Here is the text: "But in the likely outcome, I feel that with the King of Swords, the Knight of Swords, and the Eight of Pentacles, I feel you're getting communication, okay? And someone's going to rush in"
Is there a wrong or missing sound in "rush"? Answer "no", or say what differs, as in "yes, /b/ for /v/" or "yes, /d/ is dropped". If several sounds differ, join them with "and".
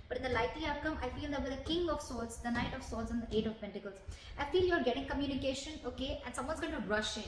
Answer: no